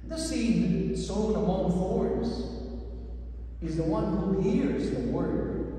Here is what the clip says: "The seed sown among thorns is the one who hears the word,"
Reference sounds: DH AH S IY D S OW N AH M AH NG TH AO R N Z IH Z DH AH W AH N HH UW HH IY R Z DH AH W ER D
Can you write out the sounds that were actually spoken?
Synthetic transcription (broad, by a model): DH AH S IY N S OW AH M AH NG F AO R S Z IH Z DH AH W AH N HH UW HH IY R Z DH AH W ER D